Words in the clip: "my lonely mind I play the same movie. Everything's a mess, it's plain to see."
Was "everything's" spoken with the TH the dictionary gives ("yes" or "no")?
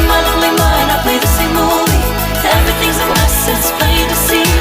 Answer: yes